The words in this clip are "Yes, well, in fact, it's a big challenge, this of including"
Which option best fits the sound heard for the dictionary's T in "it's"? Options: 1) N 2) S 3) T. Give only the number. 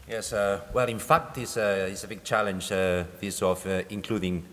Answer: 2